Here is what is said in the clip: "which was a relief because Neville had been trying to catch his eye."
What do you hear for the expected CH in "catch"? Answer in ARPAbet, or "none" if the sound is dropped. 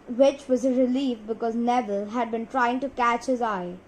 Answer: CH